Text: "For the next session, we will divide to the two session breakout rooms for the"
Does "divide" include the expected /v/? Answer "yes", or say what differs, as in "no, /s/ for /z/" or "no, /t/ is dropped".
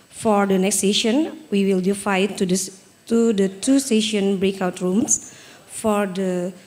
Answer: no, /f/ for /v/